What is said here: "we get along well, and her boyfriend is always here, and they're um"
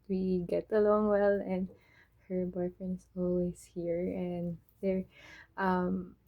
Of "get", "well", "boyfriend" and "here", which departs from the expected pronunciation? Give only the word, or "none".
boyfriend